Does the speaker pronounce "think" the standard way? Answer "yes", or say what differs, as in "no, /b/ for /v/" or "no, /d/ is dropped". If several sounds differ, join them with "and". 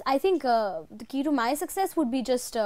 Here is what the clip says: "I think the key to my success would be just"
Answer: no, /t/ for /θ/